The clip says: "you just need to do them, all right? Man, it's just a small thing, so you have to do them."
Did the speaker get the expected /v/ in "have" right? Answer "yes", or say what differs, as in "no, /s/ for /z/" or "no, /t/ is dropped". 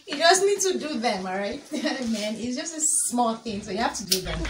no, /f/ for /v/